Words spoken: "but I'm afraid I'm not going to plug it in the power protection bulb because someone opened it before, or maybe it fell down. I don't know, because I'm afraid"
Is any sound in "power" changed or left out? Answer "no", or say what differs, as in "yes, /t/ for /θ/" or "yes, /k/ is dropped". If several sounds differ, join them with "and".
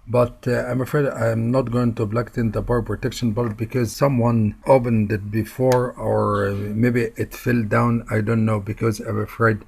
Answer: yes, /b/ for /p/